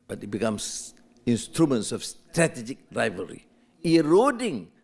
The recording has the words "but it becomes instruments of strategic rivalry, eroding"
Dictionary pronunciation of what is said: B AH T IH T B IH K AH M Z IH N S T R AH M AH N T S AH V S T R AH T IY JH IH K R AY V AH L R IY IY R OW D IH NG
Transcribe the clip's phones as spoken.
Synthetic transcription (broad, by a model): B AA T IH T B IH K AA M S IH N S T R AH M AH N T S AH F S T R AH T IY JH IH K R AY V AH R IY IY R OW D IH NG